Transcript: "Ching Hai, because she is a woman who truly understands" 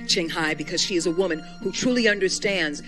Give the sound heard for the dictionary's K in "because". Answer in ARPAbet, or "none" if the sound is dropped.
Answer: K